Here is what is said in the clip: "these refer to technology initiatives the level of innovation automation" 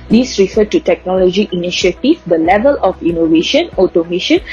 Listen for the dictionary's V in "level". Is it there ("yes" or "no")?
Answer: yes